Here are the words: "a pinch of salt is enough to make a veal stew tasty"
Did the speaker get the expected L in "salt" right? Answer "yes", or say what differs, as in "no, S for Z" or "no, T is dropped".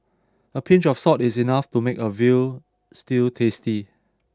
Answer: no, L is dropped